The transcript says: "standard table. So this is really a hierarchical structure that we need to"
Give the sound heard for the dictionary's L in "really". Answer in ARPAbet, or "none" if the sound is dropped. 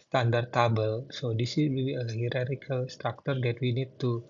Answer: none